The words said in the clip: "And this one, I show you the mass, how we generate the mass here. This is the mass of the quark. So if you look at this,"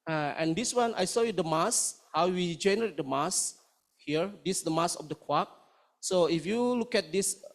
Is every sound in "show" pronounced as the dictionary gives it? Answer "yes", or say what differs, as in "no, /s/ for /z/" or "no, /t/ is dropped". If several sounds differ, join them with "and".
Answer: no, /s/ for /ʃ/